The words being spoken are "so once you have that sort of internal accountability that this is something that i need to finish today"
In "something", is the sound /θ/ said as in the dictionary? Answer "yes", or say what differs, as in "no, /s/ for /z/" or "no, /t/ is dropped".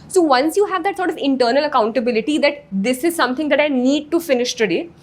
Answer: no, /t/ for /θ/